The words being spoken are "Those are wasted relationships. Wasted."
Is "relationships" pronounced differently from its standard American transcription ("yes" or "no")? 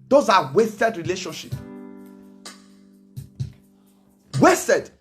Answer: yes